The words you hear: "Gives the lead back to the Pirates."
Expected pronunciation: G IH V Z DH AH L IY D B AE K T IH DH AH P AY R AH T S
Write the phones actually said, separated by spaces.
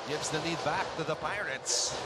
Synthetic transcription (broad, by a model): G IH V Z DH AH N IY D B AE K T IH DH AH P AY R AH T S